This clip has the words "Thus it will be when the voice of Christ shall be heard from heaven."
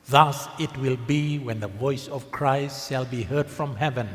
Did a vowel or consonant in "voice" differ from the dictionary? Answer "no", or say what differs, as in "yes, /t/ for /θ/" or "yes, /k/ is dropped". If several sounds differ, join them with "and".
no